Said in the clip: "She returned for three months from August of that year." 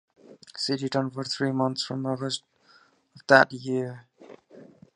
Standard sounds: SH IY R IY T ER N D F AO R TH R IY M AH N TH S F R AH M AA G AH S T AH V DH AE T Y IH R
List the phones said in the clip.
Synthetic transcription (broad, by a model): S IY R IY T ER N F AO R T R IY M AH N T S F R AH M AA G AH S T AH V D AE T Y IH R